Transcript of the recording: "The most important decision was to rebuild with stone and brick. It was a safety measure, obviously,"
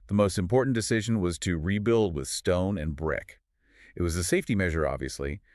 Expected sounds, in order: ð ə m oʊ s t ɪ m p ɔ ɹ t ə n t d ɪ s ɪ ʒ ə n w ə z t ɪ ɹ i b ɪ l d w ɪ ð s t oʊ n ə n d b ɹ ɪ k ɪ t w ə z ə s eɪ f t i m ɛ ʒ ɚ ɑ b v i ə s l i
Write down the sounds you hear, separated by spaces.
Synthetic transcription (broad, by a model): ð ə m oʊ s t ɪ m p ɔ ɹ t n d ɪ s ɪ ʒ ə n w ə z t ɪ ɹ i b ɪ l d w ɪ ð s t oʊ n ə n b ɹ ɪ k ɪ t w ə z ə s eɪ f t i m ɛ ʒ ɚ ɑ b v i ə s l i